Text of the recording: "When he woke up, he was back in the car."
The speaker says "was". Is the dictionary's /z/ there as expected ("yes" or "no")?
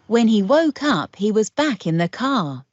yes